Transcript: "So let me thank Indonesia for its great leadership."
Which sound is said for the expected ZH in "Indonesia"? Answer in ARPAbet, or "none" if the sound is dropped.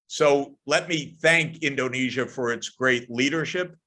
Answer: ZH